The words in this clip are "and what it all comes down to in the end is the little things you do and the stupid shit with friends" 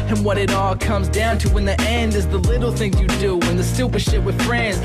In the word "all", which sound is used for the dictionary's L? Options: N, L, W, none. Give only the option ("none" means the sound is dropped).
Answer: L